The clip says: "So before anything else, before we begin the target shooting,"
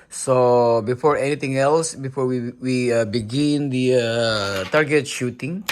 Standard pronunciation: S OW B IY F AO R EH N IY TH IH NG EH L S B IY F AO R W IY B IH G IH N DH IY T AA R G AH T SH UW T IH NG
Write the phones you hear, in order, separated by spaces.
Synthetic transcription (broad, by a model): S OW B IY F AO R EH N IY T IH NG EH L S B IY F AO R W IY B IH G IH N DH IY T AA R G AH T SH UW T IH NG